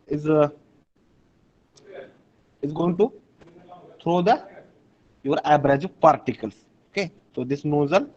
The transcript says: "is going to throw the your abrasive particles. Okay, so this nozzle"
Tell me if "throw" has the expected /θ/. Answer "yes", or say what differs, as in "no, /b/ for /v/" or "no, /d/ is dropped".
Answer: no, /t/ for /θ/